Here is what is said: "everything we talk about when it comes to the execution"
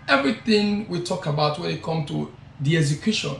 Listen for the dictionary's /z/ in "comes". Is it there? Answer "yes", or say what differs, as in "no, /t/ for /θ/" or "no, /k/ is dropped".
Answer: no, /z/ is dropped